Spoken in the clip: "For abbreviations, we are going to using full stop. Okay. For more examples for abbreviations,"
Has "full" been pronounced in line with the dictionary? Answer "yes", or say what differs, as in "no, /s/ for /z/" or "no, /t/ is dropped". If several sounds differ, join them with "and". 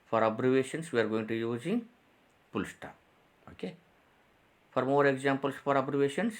no, /p/ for /f/